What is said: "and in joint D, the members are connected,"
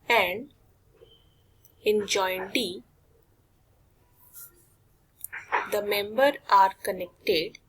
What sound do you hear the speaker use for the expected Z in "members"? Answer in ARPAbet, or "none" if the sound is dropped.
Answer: none